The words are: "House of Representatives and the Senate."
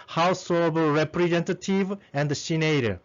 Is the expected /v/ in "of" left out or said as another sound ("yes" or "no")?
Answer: yes